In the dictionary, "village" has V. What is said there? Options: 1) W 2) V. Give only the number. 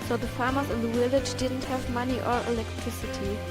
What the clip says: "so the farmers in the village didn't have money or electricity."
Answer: 1